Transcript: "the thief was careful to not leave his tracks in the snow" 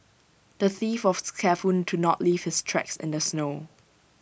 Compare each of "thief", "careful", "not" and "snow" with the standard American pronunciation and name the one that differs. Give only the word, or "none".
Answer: careful